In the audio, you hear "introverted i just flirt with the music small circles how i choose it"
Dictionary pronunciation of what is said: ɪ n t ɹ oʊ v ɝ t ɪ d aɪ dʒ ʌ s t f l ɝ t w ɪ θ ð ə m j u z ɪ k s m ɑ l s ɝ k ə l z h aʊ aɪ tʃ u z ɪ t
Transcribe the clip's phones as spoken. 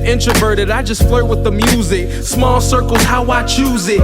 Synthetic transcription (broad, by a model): ɪ n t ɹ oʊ v ɝ t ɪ d aɪ dʒ ʌ s t f l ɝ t w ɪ ð ə m j u z ɪ k s m ɑ l s ɝ k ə l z h aʊ aɪ tʃ u z ɪ t